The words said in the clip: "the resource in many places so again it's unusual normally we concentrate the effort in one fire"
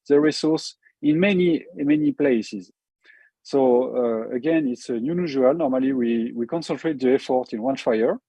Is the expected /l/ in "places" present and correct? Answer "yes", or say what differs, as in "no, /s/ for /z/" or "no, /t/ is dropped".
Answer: yes